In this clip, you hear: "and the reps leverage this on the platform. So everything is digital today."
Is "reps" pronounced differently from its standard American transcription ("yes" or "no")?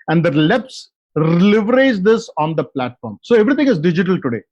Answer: yes